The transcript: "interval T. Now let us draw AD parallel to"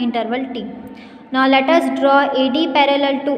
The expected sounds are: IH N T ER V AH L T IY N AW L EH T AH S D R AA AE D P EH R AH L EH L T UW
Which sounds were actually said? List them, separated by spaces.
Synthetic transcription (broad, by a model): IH N T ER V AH L T IY N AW L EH T AH S D R AA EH D P EH R AH L EH L T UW